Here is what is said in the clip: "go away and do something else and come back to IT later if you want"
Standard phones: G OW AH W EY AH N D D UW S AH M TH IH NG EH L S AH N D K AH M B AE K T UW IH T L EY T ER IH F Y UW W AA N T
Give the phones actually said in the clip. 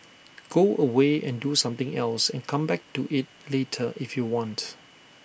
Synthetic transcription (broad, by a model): G OW AH W EY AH N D D UW S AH M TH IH NG EH L S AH N K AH M B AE K T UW IH T L EY T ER IH F Y UW W AA N T